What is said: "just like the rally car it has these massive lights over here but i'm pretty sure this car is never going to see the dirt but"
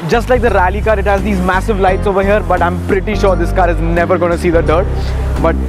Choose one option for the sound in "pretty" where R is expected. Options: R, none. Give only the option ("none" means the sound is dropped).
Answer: R